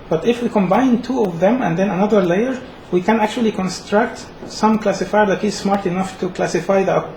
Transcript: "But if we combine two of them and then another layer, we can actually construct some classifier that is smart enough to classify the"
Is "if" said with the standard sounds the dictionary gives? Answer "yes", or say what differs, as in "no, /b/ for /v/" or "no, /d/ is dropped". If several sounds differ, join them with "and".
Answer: yes